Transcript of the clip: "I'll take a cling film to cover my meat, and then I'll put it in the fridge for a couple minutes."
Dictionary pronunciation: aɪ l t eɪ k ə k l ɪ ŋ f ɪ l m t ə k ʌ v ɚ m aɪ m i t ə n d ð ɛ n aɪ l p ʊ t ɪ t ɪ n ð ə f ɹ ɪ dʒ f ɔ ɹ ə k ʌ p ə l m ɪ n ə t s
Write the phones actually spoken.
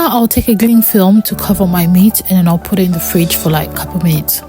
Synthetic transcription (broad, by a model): aɪ l t eɪ k ə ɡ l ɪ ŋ f ɪ l m t ə k ʌ v ɚ m aɪ m i t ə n ð ɛ n aɪ l p ʊ t ɪ t ɪ n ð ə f ɹ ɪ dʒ f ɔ l ə k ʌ p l m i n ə t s